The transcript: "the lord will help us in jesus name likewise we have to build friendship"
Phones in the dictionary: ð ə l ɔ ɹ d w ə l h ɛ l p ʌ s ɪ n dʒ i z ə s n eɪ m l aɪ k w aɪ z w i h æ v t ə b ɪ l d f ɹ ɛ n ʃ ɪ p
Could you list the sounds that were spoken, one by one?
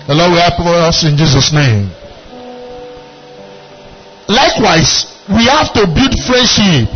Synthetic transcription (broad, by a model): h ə l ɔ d w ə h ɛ p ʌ s ɪ n dʒ i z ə s n eɪ m l aɪ k w aɪ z w i h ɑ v t ə b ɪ l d f ɹ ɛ n ʃ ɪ p